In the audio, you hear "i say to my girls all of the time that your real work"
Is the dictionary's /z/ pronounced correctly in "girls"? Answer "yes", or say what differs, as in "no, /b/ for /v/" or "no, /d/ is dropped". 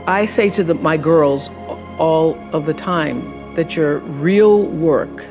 yes